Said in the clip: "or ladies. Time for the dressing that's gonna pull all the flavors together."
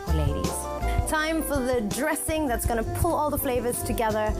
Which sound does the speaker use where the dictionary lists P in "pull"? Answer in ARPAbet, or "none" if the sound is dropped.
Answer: P